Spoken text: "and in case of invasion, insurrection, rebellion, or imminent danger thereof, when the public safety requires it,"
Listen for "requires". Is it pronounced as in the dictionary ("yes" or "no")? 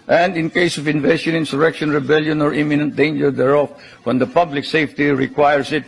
no